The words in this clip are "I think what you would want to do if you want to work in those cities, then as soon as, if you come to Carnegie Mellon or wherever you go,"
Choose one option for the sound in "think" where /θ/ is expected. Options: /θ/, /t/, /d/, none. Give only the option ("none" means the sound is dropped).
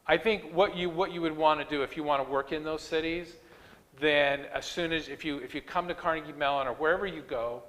/θ/